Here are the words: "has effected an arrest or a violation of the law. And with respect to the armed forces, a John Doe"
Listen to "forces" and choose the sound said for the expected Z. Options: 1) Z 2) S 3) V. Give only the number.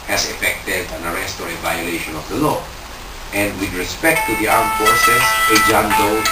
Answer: 2